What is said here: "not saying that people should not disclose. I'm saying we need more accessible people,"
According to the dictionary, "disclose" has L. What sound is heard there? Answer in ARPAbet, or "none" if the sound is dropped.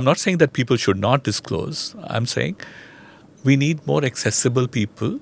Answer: L